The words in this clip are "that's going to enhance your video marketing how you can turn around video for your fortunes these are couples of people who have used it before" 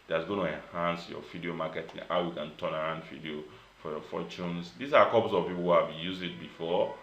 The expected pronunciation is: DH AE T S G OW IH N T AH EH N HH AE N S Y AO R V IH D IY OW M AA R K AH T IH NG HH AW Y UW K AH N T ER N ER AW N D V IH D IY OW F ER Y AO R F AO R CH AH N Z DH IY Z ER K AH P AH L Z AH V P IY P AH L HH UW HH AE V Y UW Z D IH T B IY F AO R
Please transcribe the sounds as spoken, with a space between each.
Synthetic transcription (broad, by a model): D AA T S G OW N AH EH N HH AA N S Y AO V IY D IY OW M AA K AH T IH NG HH AW Y UW K AH N T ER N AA AW N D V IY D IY OW F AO Y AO F AO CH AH N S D IY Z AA K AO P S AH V P IY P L HH UW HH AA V Y UW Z IH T B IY F AO